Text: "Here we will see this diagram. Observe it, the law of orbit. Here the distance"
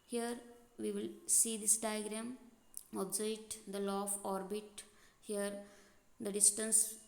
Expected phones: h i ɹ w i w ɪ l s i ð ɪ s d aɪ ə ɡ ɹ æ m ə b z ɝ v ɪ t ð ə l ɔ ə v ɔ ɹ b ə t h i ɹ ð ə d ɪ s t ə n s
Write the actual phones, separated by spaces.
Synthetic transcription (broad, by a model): h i ɹ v i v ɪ l s i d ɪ s d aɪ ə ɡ ɹ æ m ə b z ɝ ɪ t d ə l ɔ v ɔ ɹ b ə t h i ɹ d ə d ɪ s t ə n s